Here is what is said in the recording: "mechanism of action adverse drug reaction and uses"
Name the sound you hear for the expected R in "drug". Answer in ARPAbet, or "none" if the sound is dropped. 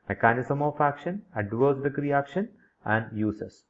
none